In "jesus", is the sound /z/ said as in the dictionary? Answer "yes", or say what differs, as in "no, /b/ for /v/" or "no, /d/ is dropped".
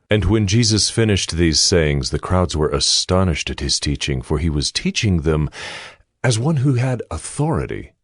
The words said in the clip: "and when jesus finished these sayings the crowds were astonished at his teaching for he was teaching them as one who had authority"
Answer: yes